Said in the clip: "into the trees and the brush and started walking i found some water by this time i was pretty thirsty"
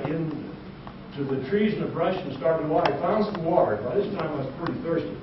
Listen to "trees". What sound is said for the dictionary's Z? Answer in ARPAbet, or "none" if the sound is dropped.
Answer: Z